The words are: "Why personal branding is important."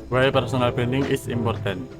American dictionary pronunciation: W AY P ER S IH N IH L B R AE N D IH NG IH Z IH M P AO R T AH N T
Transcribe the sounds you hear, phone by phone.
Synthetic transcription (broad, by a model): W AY P ER S IH N IH L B EH N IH NG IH S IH M P AO R T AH N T